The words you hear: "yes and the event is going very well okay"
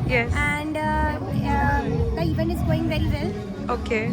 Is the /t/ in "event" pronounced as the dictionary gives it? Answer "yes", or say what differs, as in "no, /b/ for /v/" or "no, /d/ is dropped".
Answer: no, /t/ is dropped